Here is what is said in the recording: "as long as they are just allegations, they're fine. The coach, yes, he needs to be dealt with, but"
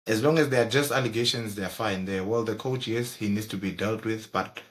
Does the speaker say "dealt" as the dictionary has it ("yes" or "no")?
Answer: yes